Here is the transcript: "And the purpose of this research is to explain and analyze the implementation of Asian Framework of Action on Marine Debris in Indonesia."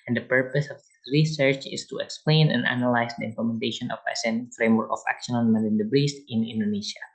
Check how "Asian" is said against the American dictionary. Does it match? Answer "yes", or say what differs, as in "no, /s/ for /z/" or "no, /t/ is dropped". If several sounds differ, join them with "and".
no, /s/ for /ʒ/